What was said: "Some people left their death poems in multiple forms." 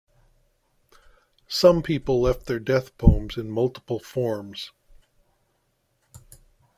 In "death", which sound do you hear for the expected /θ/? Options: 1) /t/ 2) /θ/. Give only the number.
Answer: 2